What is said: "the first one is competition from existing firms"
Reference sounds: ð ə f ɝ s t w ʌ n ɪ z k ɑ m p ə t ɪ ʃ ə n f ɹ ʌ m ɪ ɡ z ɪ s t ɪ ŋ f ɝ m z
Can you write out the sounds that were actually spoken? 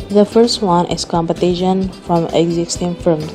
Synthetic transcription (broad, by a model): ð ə f ɝ s t w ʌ n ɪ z k ɑ m p ə t ɪ ʃ ə n f ɹ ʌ m ɪ ɡ z ɪ s t ɪ ŋ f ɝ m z